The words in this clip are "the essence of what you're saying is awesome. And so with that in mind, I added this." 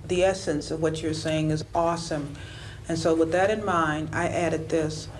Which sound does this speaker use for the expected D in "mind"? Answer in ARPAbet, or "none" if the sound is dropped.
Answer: none